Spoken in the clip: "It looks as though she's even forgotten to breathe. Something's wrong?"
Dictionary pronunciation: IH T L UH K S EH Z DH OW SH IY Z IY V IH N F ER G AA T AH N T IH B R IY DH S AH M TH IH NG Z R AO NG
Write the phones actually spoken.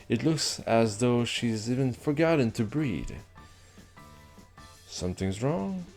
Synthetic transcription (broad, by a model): IH T L UH K S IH Z DH OW SH IY Z IY V IH N F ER G AA T N T IH B R IY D S AH M TH IH NG Z R AO NG